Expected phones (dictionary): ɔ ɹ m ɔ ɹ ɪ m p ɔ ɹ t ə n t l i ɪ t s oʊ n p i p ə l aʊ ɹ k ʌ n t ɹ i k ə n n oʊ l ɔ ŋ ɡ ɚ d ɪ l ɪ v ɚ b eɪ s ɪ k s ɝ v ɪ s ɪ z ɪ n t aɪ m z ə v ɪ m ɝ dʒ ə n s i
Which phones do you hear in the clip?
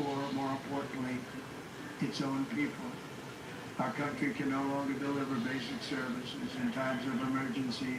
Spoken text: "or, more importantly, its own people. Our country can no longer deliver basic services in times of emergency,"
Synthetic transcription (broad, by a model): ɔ ɹ m ɔ ɹ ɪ m p ɔ ɹ t n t l i ɪ t s oʊ n p i p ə l aʊ ɹ k ʌ n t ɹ i k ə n n oʊ l ɔ ŋ ɡ ɚ d ɪ l ɪ v ɚ b eɪ s ɪ k s ɝ v ɪ s ɪ z ɪ n t aɪ m z ə v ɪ m ɝ dʒ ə n s i